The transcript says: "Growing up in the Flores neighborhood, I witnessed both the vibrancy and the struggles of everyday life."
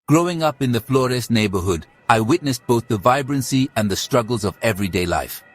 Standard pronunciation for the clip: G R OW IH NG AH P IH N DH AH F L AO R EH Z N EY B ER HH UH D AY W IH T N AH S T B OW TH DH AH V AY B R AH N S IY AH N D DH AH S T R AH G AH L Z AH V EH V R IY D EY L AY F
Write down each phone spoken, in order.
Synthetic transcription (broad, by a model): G R OW IH NG AH P IH N DH AH F L AO R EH S N EY B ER HH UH D AY W IH T N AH S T B OW TH DH AH V AY B R AH N S IY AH N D DH AH S T R AH G AH L Z AH V EH V R IY D EY L AY F